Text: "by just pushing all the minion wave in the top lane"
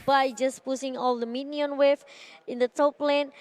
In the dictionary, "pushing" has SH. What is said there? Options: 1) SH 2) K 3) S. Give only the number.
3